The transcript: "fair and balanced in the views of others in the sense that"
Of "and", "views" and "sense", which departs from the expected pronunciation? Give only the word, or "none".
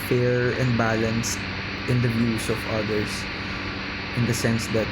views